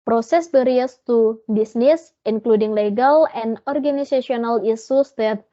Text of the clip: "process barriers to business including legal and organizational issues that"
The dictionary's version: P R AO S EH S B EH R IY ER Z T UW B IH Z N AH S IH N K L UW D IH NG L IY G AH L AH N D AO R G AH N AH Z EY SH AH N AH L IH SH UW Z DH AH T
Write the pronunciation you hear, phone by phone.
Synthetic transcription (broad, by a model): P R AO S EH S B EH R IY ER S T UW B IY S N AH S IH N K L UW D IH NG L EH G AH L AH N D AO R G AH N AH S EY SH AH N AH L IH S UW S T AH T